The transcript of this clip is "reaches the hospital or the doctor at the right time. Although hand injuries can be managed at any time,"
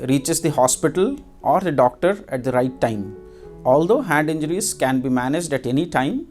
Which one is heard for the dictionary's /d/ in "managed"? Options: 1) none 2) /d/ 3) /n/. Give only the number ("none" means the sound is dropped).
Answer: 2